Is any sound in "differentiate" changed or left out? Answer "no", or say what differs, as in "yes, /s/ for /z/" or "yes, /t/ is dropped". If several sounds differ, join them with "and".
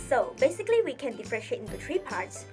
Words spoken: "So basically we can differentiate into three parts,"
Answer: yes, /n/ is dropped